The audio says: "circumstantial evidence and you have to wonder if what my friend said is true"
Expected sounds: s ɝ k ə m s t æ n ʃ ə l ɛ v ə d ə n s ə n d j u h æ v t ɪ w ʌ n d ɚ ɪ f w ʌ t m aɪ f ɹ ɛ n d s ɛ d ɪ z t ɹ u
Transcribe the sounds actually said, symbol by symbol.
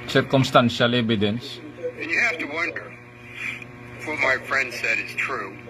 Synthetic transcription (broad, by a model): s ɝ k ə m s t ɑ n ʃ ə l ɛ b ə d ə n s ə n j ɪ h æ f t ɪ w ʌ n d ɚ f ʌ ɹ m aɪ f ɹ ɛ n d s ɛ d ɪ z t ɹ u